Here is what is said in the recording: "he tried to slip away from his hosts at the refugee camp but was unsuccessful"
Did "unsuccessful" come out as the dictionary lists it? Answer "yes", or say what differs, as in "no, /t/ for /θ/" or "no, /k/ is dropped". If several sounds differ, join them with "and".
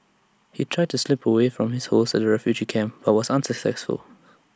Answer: yes